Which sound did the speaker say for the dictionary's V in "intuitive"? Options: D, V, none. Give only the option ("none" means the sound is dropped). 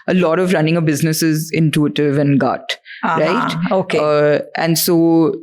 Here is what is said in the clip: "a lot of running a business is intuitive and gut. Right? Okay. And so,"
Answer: V